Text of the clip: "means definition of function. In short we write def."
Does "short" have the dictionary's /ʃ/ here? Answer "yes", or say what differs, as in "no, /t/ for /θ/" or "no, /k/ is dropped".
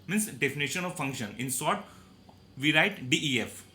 no, /s/ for /ʃ/